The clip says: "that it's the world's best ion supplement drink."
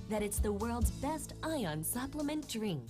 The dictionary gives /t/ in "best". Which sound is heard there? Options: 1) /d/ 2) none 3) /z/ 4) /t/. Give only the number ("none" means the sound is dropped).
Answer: 4